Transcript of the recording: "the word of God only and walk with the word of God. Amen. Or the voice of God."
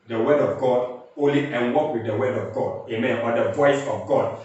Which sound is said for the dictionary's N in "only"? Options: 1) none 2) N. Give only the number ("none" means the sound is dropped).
1